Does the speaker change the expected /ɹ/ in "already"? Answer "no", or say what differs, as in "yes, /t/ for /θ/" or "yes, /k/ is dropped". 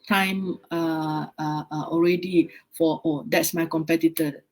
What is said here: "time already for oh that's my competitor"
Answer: no